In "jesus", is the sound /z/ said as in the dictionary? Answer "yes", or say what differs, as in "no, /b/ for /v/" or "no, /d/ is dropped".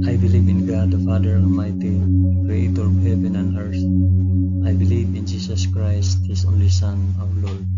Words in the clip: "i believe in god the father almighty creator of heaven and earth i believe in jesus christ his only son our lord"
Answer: no, /s/ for /z/